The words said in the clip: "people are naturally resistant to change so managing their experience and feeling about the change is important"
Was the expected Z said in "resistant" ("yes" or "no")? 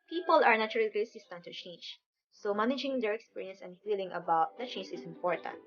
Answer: no